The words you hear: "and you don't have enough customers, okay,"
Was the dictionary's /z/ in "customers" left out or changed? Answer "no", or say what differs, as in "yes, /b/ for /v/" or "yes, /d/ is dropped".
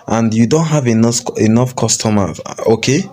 yes, /z/ is dropped